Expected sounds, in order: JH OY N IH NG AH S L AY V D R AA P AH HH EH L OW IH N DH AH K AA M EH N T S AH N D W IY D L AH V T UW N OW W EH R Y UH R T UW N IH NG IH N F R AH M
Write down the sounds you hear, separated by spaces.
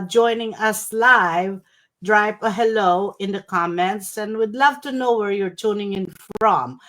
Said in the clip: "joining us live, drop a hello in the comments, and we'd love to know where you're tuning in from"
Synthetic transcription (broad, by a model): JH OY N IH NG AH S L AY V D R AA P AH HH EH L OW IH N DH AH K AA M EH N T S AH N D W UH D L AH V T UW N OW W EH R Y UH R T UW N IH NG IH N F R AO M